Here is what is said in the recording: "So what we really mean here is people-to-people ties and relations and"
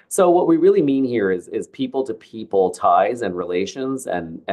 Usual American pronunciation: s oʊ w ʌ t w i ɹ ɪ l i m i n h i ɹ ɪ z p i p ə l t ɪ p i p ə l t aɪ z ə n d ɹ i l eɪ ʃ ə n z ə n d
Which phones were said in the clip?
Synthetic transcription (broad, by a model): s oʊ w ʌ t w i ɹ ɪ l i m i n h i ɹ ɪ z p i p l t ɪ p i p l t aɪ z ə n ɹ i l eɪ ʃ ə n z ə n